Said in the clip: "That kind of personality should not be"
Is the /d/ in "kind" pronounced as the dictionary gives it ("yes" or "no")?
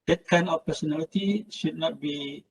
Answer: no